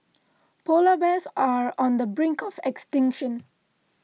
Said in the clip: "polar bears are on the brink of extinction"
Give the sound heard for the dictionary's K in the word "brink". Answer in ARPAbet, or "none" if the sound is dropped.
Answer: K